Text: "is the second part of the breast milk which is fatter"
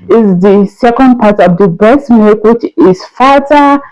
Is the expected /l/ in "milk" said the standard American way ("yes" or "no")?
no